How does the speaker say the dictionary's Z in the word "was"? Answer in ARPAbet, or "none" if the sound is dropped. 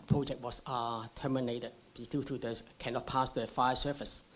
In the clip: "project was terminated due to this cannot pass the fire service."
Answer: S